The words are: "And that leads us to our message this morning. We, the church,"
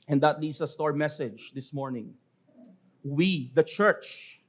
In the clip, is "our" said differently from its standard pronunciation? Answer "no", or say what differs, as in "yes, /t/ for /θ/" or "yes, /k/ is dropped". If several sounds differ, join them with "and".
no